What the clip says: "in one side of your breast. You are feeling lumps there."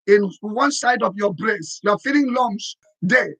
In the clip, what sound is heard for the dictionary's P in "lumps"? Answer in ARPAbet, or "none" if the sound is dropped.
none